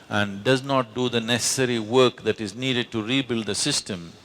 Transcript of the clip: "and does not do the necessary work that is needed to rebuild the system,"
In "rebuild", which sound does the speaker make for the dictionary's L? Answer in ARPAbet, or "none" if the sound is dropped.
L